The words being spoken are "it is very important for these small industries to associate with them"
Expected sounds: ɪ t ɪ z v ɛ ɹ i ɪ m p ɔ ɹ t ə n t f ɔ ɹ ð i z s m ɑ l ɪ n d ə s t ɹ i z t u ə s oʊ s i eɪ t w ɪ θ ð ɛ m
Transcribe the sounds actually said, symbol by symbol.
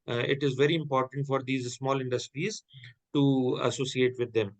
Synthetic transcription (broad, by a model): ɪ t ɪ z v ɛ ɹ i ɪ m p ɔ ɹ t ə n t f ɔ ɹ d i z s m ɑ l ɪ n d ə s t ɹ i z t u ə s oʊ s i eɪ t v ɪ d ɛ m